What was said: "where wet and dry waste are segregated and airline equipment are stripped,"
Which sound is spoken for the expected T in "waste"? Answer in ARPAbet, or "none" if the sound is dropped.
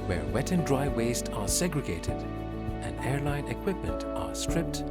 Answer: T